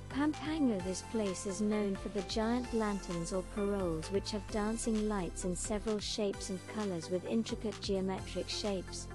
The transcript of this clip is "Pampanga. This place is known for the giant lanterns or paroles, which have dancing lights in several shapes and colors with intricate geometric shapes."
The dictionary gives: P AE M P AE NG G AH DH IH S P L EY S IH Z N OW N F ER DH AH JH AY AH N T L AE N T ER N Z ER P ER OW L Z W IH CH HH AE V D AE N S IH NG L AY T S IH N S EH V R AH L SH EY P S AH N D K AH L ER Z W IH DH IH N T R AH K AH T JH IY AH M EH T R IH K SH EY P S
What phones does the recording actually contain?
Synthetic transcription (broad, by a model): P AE M P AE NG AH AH DH IH S P L EY S IH Z N OW N F ER DH AH JH AY AH N T L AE N T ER N Z ER P ER OW L Z W IH CH HH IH V D AE N S IH NG L AY T S IH N S EH V R AH L SH EY P S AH N K AH L ER Z W IH DH IH N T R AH K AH T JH IY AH M EH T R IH K SH EY P S